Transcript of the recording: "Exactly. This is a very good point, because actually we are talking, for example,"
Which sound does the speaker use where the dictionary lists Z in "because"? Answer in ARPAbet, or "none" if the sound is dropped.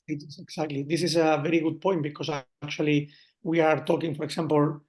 S